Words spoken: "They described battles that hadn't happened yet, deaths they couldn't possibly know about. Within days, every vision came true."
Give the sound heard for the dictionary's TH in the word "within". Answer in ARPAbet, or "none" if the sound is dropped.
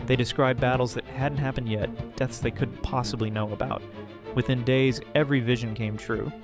TH